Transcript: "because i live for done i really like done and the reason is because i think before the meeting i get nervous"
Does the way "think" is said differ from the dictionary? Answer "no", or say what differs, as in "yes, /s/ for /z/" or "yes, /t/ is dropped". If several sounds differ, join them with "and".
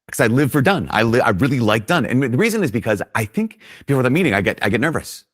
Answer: no